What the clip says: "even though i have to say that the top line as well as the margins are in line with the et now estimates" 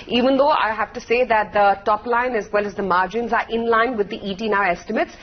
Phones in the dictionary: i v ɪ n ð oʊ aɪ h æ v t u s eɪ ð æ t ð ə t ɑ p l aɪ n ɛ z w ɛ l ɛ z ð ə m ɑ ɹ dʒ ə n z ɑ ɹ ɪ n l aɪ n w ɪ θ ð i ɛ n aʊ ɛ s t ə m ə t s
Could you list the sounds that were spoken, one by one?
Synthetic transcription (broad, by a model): i v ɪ n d oʊ aɪ h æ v t u s eɪ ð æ t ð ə t ɑ p l aɪ n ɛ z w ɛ l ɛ z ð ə m ɑ ɹ dʒ ə n z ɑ ɹ ɪ n l aɪ n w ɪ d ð i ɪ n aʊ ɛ s t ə m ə t s